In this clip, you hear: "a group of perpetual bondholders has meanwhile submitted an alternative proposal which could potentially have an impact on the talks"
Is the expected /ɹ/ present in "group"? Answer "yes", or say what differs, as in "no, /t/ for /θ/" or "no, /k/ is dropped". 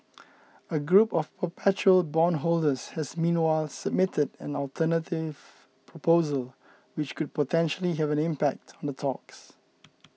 yes